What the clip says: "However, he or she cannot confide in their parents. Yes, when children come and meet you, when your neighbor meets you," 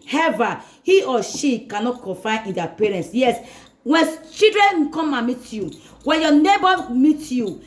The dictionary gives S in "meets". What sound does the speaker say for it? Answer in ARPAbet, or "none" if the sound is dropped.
none